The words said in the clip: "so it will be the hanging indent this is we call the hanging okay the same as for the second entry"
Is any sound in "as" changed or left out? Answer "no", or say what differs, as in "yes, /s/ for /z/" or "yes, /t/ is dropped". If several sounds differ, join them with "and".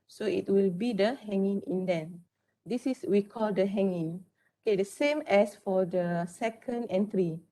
yes, /s/ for /z/